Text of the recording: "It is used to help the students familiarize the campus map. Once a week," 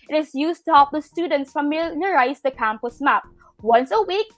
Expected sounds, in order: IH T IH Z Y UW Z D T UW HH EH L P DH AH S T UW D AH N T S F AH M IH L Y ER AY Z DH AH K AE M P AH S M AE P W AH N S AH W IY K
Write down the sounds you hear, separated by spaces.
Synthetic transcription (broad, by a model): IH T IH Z Y UW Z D T UW HH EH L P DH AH S T UW D AH N T S F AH M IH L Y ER AY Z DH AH K AE M P AH S M AE P W AH N S AH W IY K